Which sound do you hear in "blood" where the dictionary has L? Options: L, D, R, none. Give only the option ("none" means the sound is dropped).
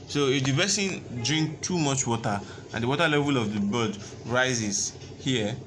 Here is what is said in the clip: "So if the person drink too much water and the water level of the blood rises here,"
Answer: none